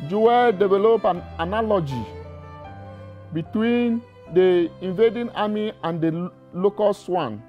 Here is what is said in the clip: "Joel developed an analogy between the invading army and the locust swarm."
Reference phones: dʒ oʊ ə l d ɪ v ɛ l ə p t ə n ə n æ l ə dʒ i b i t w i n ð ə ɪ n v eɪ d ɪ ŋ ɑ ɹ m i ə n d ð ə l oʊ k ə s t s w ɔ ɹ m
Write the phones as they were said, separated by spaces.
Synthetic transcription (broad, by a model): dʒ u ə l d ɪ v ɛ l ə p ə n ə l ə dʒ i b i t w i n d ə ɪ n v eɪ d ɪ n ɑ m i ə n d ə l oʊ k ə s s w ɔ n